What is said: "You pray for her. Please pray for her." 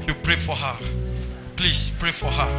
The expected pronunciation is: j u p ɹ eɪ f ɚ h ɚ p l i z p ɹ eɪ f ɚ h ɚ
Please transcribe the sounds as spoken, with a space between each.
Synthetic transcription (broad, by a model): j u p ɹ eɪ f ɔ h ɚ p l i s p ɹ eɪ f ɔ h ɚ